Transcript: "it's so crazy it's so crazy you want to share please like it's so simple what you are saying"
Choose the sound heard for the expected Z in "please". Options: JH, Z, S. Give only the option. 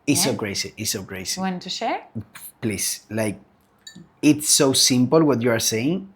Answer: S